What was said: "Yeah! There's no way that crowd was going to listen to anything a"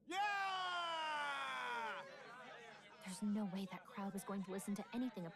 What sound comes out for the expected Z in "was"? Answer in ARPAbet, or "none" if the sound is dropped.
Z